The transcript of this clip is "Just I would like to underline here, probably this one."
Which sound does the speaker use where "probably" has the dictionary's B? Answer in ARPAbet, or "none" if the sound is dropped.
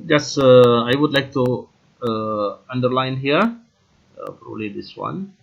none